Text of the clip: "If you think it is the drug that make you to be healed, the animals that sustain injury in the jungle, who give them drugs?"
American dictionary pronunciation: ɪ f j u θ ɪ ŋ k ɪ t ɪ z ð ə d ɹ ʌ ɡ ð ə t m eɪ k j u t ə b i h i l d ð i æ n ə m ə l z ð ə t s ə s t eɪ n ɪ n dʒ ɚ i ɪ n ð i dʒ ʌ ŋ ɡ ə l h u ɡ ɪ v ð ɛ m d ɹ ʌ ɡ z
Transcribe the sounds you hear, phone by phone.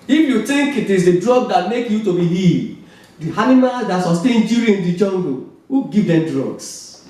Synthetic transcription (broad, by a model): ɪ f j u t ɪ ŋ k ɪ t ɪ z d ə d ɹ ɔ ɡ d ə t m eɪ k j u t ə b i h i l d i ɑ n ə m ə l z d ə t s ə s t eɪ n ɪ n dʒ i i ɪ n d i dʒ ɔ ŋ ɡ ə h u ɡ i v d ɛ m d ɹ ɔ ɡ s